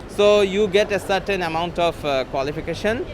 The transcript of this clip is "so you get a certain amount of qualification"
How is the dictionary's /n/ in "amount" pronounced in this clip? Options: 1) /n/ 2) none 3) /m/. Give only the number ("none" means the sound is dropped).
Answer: 1